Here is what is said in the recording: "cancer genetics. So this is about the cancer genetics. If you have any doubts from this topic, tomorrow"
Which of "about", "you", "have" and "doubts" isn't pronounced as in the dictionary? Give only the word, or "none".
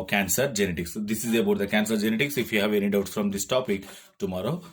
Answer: doubts